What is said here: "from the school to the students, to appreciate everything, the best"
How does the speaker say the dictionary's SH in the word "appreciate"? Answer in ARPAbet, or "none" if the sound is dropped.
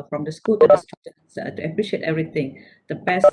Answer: SH